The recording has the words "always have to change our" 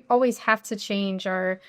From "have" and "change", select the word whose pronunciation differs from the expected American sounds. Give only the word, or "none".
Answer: have